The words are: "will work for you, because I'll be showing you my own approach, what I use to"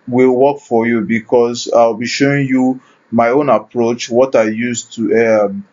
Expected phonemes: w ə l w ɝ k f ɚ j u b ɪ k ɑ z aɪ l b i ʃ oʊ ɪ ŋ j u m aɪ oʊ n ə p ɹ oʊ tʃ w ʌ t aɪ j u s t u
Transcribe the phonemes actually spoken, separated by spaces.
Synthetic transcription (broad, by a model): w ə l w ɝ k f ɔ j u b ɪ k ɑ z aɪ w b i ʃ oʊ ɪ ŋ j u m aɪ oʊ n ə p ɹ oʊ tʃ w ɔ t aɪ j u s t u